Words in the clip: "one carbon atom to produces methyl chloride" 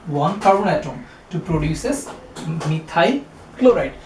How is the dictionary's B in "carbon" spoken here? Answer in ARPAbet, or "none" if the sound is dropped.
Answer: none